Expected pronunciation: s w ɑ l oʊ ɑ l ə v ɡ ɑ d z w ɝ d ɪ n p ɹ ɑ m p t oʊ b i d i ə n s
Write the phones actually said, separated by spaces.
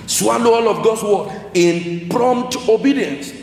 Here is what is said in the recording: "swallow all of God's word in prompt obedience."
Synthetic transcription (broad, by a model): s w ɑ l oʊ ɑ l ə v ɡ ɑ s w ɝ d ɪ n p ɹ ɑ m p t oʊ b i d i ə n s